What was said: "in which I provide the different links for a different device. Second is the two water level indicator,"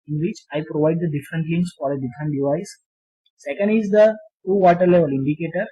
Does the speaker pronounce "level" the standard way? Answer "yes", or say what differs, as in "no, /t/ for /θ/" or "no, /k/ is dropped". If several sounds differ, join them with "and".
yes